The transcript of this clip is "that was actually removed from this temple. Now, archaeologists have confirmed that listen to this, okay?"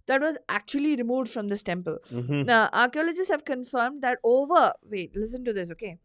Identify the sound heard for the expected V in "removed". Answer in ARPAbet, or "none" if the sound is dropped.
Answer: V